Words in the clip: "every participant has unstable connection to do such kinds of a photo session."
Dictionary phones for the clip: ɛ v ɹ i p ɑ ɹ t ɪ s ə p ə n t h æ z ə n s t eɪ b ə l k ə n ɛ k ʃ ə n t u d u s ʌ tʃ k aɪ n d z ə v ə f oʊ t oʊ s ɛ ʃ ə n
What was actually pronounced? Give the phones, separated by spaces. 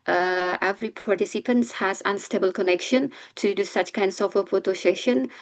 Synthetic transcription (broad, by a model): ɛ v ɹ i p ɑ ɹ t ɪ s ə p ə n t h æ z ə n s t eɪ b ə l k ə n ɛ k ʃ ə n t u d u s ʌ tʃ k aɪ n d s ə f ə p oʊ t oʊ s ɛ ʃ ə n